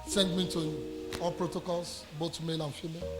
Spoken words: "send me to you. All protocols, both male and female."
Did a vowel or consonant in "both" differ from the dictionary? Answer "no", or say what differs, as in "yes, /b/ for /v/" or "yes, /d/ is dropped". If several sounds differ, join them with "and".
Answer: yes, /t/ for /θ/